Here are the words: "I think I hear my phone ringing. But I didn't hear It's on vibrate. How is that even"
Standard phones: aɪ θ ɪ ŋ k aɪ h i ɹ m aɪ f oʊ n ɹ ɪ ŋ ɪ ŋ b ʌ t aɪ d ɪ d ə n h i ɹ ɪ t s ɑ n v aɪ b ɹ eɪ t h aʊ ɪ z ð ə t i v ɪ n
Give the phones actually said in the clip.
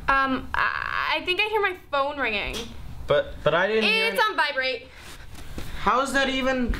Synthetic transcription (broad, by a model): aɪ θ ɪ ŋ k aɪ h i ɹ m aɪ f oʊ n ɹ ɪ ŋ ɪ ŋ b ʌ t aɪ d ɪ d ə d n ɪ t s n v aɪ b ɹ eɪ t h aʊ ɪ z ð ə t i v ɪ n